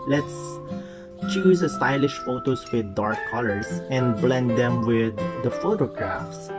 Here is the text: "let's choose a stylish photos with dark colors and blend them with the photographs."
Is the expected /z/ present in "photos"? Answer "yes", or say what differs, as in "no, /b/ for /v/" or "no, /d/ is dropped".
no, /s/ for /z/